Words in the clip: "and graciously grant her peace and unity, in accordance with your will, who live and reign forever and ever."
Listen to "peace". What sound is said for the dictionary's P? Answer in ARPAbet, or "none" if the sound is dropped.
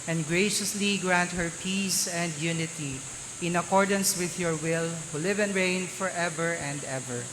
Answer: P